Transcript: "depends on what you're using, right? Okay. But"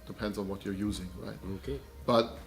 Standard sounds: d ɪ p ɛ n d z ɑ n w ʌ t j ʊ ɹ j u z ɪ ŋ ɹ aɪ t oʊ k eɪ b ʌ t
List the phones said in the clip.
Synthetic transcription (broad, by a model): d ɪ p ɛ n d z n w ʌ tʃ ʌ ɹ j u z ɪ ŋ ɹ aɪ t oʊ k eɪ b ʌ t